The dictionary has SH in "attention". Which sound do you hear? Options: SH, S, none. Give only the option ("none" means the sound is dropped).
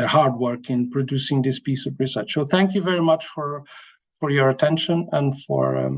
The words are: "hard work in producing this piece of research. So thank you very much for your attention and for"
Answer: SH